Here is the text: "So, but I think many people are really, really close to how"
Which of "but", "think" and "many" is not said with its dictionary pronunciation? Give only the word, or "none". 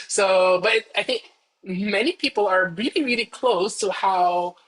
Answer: none